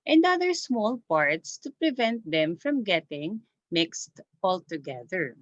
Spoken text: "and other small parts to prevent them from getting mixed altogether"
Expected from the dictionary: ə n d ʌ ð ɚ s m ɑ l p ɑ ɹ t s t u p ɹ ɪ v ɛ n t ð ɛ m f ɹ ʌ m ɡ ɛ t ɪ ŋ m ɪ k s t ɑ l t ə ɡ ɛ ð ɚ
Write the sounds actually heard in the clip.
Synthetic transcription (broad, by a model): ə n d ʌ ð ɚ s m ɑ l p ɑ ɹ t s t u p ɹ ɪ v ɛ n t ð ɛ m f ɹ ʌ m ɡ ɛ t ɪ ŋ m ɪ k s t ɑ l t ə ɡ ɛ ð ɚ